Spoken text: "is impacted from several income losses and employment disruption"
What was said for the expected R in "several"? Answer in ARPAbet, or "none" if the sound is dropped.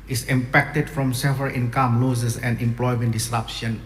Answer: none